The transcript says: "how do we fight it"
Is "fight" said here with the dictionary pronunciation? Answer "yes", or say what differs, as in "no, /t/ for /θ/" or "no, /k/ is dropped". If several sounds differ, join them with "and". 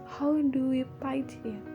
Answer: no, /p/ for /f/